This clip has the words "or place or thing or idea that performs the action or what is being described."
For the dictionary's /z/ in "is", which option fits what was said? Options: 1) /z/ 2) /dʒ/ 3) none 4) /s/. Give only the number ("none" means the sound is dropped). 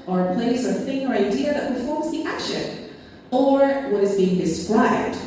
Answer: 1